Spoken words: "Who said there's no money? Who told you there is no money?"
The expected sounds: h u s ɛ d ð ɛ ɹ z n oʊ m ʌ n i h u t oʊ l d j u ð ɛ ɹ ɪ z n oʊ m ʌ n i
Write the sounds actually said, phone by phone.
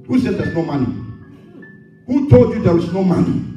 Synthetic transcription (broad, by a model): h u s ɛ d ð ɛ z n oʊ m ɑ n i h u t oʊ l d j u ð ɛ w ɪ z n oʊ m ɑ n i